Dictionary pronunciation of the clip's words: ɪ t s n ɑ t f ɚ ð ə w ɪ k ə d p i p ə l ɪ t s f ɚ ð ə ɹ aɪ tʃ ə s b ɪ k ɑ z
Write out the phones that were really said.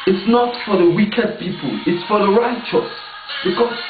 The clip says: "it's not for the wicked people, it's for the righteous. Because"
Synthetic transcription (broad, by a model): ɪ t s n ɑ t f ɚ ð ə w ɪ k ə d p i p ə l ɪ t s f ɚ ð ə ɹ aɪ tʃ ə s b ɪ k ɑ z